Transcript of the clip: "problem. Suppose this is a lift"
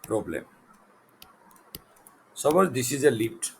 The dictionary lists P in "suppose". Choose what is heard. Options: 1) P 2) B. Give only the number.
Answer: 2